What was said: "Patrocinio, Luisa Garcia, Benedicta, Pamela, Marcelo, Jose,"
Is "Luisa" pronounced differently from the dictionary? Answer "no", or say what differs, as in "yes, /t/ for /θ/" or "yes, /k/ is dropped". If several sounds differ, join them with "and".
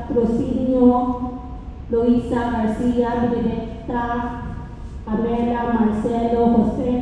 yes, /s/ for /z/